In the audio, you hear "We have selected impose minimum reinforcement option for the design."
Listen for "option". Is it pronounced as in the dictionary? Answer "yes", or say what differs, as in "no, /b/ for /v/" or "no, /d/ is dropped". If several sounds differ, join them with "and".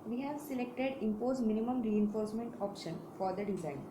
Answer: yes